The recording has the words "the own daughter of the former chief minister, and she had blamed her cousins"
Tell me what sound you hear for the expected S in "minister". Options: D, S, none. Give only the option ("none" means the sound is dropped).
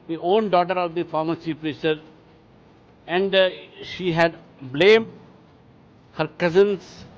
none